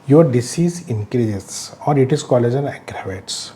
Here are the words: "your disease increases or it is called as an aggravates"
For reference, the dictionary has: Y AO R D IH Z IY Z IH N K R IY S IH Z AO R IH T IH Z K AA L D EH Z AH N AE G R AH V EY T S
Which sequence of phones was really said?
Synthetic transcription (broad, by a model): Y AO R D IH S IY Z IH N K R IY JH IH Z AO R IH T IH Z K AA L EH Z AH N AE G R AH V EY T S